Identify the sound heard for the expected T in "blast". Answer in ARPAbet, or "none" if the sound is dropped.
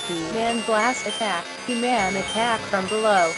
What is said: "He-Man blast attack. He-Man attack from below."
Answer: none